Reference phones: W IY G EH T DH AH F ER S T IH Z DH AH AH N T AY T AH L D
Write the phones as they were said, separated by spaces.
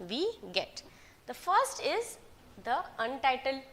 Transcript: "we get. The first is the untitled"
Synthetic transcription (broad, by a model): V IY G EH T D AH F ER S T IH Z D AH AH N T AY T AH L D